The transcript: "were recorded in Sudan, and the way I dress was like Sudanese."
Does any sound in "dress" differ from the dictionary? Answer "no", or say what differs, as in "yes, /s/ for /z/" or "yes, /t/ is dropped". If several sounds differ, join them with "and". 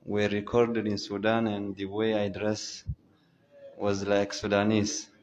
no